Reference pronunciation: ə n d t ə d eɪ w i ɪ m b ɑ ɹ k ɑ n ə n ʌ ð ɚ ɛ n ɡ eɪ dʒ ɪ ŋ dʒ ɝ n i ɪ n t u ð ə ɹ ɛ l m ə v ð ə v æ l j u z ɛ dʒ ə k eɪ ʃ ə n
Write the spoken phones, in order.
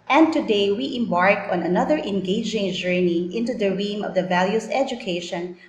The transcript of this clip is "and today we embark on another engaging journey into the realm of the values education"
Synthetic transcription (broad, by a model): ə n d t ə d eɪ w i ɪ m b ɑ ɹ k ɑ n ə n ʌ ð ɚ ɛ n ɡ eɪ dʒ ɪ ŋ dʒ ɝ n i ɪ n t u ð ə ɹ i m ə v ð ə v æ l j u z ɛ dʒ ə k eɪ ʃ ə n